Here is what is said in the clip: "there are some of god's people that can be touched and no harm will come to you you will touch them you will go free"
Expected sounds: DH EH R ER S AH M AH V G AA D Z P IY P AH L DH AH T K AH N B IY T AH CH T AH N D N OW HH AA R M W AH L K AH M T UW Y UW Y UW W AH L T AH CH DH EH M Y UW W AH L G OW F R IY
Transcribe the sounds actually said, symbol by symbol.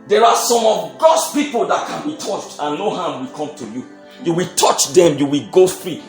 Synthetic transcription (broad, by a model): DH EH R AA S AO M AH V G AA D S P IY P AH L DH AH T K AH N B IY T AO CH T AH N N OW HH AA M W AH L K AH M T UW Y UW Y UW W AH L T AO CH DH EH M Y UW W AH L G OW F R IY